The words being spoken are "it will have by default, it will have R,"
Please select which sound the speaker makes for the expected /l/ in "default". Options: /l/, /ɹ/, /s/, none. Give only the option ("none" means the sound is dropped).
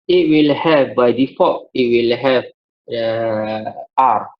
none